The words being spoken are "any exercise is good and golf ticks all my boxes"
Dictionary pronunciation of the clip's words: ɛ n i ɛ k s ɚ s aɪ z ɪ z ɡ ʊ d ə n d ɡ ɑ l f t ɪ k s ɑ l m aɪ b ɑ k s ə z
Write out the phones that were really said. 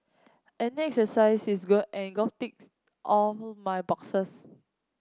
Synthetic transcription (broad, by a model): ɛ n i ɛ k s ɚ s aɪ s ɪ s ɡ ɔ ə n ɡ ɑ f t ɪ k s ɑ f m aɪ b ɑ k s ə s